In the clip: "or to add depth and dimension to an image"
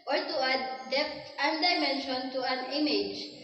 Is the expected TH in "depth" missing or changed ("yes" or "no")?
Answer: yes